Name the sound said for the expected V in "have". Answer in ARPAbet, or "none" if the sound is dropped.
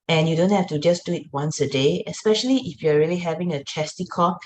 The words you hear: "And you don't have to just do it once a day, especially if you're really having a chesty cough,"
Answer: F